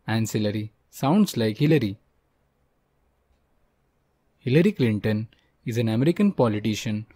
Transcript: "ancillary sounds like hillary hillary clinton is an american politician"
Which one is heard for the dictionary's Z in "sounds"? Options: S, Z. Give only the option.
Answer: S